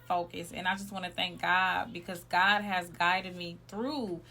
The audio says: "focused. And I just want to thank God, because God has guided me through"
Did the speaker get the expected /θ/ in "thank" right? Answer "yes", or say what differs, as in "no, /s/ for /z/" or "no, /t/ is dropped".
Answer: yes